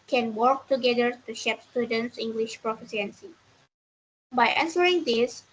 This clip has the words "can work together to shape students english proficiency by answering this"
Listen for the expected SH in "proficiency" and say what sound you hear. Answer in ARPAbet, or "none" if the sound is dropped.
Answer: S